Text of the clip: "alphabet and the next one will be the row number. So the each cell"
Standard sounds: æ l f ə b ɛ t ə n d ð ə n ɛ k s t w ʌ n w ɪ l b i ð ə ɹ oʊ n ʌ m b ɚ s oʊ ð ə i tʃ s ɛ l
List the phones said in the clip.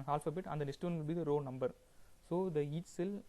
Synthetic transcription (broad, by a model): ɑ l f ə b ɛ t ə n d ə n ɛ s t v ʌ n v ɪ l b i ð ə ɹ oʊ n ʌ m b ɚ s oʊ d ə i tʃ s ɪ l